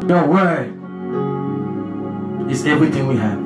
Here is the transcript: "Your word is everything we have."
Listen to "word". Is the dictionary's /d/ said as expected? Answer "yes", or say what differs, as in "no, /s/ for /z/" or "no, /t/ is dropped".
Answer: no, /d/ is dropped